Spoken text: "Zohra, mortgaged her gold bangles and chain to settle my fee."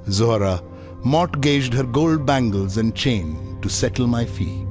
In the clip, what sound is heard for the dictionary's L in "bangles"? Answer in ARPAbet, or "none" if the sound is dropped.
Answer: L